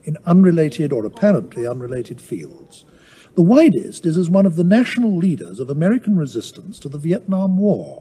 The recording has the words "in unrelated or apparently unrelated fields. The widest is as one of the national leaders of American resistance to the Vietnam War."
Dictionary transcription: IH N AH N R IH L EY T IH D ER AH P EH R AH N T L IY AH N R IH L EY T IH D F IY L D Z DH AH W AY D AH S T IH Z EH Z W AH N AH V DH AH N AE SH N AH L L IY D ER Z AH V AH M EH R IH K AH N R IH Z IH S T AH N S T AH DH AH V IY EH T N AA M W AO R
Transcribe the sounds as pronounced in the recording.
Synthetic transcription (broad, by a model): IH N AH N R IH L EY T IH D ER AH P EH R AH N T L IY AH N R IH L EY T IH D F IY L D Z DH AH W AY D AH S T IH Z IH Z W AH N AH V DH AH N AE SH N L L IY D ER Z AH V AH M EH R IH K N R IH Z IH S T AH N S T AH DH AH V IY EH T N AA M W AO R